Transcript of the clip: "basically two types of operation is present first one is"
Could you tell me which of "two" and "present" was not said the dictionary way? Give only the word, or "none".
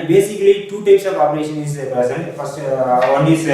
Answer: present